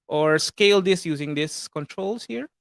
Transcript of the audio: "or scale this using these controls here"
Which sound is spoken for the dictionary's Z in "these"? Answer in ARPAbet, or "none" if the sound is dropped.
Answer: S